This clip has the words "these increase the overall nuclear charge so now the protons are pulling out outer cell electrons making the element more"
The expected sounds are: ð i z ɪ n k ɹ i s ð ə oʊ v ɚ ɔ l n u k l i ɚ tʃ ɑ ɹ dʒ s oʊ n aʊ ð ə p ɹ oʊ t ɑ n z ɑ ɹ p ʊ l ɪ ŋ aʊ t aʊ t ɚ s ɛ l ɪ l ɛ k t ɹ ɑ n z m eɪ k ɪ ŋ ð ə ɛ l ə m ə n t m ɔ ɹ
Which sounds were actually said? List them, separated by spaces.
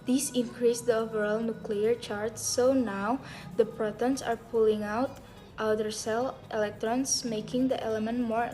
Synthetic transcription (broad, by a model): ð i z ɪ n k ɹ i s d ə oʊ v ɚ ɔ l n u k l i ɚ tʃ ɑ ɹ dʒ s oʊ n aʊ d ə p ɹ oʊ t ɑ n s ɑ ɹ p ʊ l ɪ ŋ aʊ t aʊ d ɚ s ɛ l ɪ l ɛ k t ɹ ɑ n s m eɪ k ɪ ŋ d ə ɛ l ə m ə n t m ɔ ɹ